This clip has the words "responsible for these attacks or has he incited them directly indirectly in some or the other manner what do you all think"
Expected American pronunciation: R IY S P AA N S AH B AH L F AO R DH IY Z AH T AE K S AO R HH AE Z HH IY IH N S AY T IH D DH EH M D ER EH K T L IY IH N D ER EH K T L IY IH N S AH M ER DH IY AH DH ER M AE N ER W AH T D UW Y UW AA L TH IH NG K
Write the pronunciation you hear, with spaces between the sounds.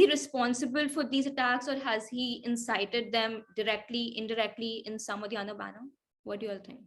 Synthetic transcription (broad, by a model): R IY S P AA N S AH B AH L F AO R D IY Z AH T AE K S AO R HH AE Z HH IY IH N S AY T IH D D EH M D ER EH K T L IY IH N D ER EH K T L IY IH N S AH M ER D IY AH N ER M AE N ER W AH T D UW Y UW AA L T IH NG K